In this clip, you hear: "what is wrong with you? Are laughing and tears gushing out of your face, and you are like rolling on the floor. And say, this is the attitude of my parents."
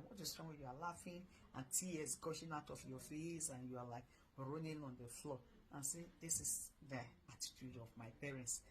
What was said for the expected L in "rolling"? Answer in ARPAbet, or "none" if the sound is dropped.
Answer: N